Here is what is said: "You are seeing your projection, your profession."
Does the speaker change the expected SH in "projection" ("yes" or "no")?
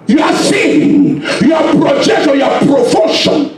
yes